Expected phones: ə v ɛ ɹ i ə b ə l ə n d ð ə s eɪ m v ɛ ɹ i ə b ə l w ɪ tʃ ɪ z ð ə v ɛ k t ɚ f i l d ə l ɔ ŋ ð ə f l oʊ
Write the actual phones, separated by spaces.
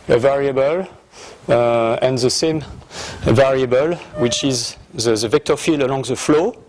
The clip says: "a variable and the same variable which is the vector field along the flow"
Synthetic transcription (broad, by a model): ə v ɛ ɹ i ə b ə l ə n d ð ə s eɪ m v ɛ ɹ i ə b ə l w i tʃ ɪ z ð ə v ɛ k t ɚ f i l ə l ɔ ŋ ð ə f l oʊ